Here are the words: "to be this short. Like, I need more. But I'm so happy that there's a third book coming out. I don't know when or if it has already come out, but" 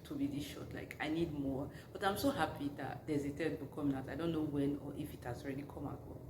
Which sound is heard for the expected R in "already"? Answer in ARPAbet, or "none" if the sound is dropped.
R